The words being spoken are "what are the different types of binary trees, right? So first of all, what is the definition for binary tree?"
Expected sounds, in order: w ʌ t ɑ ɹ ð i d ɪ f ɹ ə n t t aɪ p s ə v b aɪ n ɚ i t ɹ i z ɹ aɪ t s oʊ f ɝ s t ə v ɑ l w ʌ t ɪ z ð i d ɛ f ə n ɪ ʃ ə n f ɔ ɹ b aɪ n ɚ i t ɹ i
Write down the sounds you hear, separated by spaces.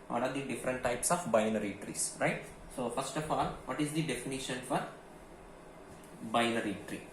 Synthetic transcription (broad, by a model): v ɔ t ɑ ɹ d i d ɪ f ɹ ə n t t aɪ p s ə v b aɪ n ɚ i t ɹ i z ɹ aɪ t s oʊ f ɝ s t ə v ɑ l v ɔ t ɪ z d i d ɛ f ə n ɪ ʃ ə n f ɔ ɹ b aɪ n ɚ i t ɹ i